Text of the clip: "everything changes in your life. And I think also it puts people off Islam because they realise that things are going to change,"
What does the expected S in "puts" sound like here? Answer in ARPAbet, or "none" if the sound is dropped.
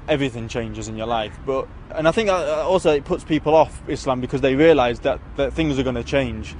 S